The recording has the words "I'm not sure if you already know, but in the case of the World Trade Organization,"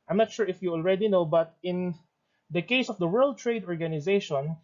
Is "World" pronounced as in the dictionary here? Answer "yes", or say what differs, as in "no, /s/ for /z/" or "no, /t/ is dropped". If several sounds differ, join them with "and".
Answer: yes